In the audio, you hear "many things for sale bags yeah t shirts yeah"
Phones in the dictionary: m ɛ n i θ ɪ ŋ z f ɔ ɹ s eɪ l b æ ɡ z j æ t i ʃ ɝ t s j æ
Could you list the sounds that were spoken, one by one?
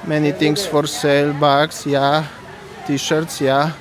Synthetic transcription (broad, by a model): m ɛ n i t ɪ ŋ s f ɔ ɹ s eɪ l b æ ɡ s j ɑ t i ʃ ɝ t s j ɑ